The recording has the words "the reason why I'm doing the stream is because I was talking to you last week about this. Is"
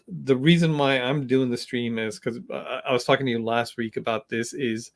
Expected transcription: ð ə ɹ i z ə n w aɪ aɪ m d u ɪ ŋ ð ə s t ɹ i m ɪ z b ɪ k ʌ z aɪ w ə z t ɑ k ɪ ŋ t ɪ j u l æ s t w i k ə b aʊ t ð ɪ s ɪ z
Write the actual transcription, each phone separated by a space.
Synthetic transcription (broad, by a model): ð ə ɹ i z ə n w aɪ aɪ m d u ɪ ŋ ð ə s t ɹ i m ɪ z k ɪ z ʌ aɪ w ə z t ɑ k ɪ ŋ t ɪ j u l æ s t w i k ə b aʊ t ð ɪ s ɪ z